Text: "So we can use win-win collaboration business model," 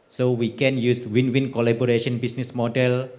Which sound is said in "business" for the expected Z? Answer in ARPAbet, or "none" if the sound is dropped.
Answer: S